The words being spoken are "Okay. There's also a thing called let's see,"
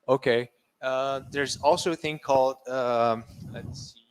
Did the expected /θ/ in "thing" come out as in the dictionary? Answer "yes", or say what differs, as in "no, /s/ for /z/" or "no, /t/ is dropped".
yes